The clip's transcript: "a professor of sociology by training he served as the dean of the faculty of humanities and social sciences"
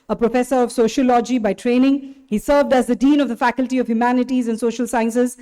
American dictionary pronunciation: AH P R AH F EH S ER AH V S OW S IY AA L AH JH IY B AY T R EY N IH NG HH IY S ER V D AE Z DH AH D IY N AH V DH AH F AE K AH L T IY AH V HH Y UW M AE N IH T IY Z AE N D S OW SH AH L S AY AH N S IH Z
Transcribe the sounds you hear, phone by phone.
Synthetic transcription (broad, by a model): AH P R AH F EH S ER AH V S OW SH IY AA L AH JH IY B AY T R EY N IH NG HH IY S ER V D AE Z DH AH D IY N AH V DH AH F AE K AH L T IY AH V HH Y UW M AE N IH T IY Z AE N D S OW SH AH L S AY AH N S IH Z